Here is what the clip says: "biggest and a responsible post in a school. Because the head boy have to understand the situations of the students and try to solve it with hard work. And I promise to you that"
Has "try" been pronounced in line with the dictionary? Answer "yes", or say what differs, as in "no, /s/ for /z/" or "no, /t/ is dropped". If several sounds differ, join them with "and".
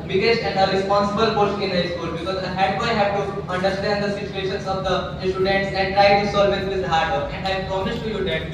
no, /ɹ/ is dropped